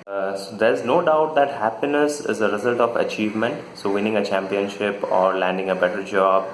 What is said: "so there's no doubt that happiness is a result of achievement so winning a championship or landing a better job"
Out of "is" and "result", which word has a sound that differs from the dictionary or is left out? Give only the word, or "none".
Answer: none